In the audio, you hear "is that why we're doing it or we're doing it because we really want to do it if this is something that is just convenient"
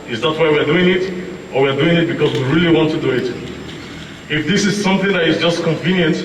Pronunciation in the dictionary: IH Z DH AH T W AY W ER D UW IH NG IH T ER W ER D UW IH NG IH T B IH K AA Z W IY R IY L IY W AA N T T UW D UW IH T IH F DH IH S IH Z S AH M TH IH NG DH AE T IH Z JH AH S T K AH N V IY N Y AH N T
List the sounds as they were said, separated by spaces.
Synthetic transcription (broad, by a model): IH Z DH AH T W AY W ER D UW IH NG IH T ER W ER D UW IH NG IH T B IH K AA Z W IY R IY L IY W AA N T T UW D UW IH T IH F DH IH S IH Z S AH M TH IH NG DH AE T IH Z JH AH S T K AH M V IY N Y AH N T